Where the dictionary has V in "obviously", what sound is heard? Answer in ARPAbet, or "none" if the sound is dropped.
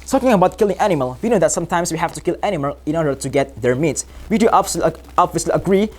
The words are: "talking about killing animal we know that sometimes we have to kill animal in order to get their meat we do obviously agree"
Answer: B